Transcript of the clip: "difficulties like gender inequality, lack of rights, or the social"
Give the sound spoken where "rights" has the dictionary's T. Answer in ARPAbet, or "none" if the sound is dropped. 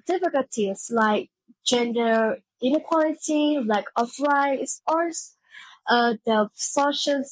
S